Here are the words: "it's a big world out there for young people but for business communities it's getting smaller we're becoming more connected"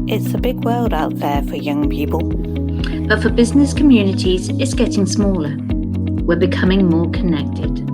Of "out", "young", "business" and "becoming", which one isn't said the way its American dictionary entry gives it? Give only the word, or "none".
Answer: none